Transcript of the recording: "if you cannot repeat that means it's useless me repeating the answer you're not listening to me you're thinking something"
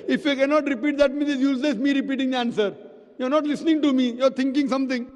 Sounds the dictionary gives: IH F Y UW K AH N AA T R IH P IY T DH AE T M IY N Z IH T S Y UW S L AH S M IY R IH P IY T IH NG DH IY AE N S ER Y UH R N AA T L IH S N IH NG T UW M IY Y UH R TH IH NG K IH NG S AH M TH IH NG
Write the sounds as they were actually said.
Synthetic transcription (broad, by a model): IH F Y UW K AH N AA T R IH P IY T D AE T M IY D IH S Y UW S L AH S M IY R IH P IY T IH NG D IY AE N S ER Y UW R N AA T L IH S N IH NG T UW M IY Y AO R T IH NG K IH NG S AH M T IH NG